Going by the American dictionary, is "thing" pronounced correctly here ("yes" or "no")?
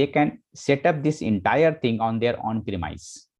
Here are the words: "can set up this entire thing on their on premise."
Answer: no